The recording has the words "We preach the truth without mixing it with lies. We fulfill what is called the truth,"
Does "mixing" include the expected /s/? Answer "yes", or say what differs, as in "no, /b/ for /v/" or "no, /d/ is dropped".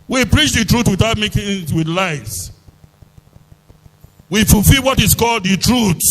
no, /s/ is dropped